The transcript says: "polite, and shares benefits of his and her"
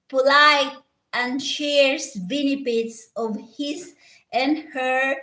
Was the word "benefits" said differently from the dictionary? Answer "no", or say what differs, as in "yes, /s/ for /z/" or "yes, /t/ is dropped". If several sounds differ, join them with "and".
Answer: yes, /p/ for /f/